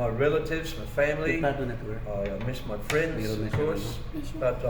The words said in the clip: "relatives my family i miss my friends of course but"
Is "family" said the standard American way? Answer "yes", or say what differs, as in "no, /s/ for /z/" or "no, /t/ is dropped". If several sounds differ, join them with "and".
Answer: no, /n/ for /l/